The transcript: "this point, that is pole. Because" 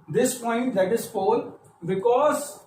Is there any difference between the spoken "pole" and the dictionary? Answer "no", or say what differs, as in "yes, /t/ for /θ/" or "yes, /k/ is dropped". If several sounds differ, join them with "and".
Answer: yes, /f/ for /p/